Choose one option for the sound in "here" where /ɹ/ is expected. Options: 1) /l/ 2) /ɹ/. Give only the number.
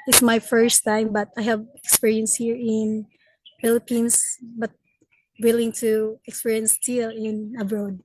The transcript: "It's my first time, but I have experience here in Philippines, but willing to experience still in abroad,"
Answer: 2